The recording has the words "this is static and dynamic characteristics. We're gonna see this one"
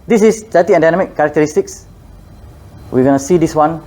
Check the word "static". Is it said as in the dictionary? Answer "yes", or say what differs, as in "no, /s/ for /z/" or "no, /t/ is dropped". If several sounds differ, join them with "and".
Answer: no, /k/ is dropped